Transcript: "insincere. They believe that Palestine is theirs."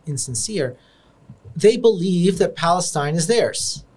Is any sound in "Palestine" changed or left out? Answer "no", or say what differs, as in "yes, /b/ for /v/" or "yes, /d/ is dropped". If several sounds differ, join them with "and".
no